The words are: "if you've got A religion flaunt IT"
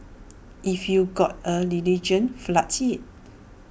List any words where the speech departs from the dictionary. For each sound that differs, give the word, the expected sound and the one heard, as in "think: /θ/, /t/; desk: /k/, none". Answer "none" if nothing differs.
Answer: flaunt: /n/, none